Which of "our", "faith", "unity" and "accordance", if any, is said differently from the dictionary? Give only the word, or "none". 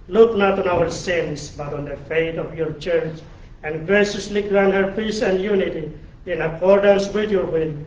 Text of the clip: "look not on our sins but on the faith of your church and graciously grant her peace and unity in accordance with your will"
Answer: faith